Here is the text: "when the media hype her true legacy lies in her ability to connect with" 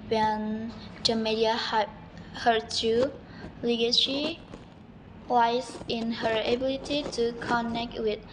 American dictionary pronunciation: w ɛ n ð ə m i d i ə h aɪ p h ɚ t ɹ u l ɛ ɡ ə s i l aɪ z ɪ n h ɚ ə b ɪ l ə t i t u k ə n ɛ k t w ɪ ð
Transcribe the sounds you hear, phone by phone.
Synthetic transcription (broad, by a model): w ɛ n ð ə m i d i ə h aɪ h ɚ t u l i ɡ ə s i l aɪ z ɪ n h ɚ ə b ɪ l ə t i t u k ə n ɛ k t w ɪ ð